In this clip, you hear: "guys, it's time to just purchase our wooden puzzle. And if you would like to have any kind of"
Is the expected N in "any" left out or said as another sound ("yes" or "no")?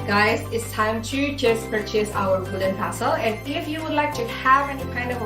no